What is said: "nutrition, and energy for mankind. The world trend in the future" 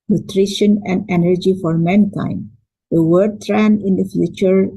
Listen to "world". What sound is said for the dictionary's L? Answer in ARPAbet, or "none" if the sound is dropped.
none